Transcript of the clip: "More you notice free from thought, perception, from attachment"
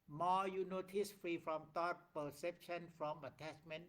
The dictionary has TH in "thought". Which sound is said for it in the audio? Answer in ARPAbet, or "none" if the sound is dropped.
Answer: T